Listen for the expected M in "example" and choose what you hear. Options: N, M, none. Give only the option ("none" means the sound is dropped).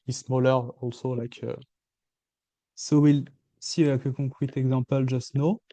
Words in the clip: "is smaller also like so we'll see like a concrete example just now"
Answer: none